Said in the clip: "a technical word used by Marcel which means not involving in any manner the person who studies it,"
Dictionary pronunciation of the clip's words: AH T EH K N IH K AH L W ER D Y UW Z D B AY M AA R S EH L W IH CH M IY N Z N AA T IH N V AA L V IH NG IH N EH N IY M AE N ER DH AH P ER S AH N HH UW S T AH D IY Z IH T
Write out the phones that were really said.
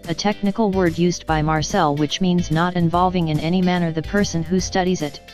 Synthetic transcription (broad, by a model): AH T EH K N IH K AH L W ER D Y UW Z B AY M AA R S EH L W IH CH M IY N Z N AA T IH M V AA L V IH NG IH N EH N IY M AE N ER DH AH P ER S AH N HH UW S T AH D IY Z IH T